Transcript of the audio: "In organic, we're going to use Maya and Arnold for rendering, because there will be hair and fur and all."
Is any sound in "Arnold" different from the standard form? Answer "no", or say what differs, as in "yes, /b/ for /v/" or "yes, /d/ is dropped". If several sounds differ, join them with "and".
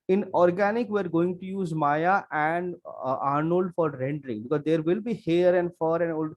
no